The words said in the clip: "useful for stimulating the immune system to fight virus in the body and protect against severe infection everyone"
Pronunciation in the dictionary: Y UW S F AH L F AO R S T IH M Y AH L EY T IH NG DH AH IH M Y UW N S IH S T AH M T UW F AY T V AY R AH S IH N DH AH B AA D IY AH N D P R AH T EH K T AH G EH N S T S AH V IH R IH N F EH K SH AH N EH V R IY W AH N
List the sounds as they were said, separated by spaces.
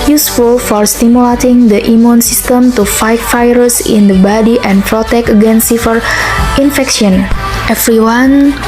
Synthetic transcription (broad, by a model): Y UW S F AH L F AO R S T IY M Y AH L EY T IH NG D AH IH M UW N S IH S T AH M T UW F AY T F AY R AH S IH N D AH B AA D IY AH N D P R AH T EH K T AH G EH N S S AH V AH R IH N F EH K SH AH N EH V R IY W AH N